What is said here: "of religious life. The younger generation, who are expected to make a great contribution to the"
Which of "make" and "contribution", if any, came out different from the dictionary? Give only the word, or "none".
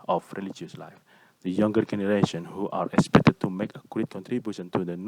none